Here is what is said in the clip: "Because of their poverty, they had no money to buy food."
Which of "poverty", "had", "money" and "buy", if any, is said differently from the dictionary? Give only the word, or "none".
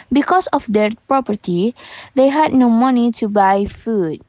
poverty